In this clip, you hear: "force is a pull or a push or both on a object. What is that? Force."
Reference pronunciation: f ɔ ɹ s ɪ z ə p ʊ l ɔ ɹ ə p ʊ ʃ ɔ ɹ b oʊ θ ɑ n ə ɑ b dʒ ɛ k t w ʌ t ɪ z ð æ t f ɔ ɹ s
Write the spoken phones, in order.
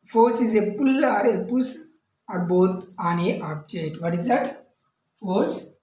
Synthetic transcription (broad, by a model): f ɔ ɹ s ɪ z ə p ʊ l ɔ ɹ ə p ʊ s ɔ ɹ b oʊ t ɑ n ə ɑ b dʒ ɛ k t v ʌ t ɪ z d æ t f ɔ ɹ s